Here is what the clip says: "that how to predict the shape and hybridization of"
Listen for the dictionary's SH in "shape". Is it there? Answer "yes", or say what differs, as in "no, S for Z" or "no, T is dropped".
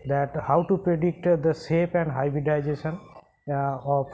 no, S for SH